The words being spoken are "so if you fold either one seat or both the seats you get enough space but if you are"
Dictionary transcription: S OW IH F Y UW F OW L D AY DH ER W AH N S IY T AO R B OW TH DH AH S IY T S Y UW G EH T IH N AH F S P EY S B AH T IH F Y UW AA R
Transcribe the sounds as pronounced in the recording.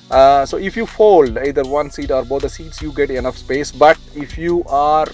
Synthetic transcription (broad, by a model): S OW IH F Y UW F OW L D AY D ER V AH N S IY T AO R B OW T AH S IY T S Y UW G EH T IH N AH F S P EY S B AH T IH F Y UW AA R